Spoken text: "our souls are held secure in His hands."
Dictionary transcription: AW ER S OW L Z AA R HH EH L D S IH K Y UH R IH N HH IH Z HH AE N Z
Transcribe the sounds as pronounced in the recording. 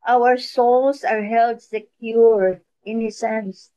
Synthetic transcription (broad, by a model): AW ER S OW L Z AA R HH EH L D S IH K Y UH R IH N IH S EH N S